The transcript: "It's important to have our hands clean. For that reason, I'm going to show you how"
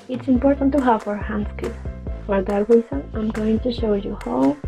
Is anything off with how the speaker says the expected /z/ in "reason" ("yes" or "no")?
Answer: yes